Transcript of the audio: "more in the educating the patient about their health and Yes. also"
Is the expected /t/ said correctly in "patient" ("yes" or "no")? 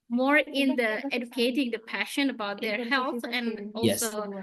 no